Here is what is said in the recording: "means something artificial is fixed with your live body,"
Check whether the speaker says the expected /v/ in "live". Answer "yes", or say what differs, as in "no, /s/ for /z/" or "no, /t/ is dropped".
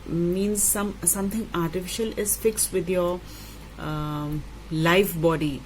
no, /f/ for /v/